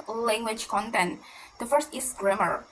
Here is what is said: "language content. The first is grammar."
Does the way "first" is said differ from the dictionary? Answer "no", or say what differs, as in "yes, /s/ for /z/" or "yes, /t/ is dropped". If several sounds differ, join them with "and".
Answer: no